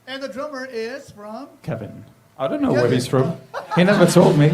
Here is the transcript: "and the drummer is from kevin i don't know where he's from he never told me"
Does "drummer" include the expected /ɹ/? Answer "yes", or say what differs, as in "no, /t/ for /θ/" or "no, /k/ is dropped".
yes